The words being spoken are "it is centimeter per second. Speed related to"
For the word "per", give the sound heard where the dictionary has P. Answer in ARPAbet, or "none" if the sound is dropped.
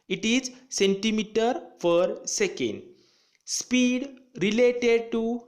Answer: F